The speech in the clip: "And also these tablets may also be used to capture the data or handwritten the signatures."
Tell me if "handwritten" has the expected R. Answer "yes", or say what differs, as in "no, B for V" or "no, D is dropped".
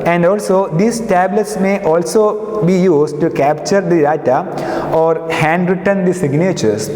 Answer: yes